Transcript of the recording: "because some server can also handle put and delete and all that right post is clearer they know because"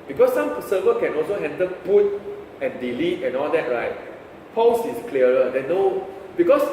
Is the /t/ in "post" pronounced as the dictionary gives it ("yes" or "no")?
no